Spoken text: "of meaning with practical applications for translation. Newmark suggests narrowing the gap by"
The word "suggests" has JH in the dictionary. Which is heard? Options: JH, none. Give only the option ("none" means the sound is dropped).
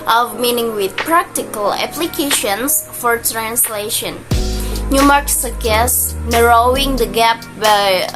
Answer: none